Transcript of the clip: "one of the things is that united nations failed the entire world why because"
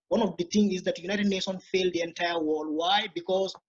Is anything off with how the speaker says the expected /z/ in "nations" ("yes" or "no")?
yes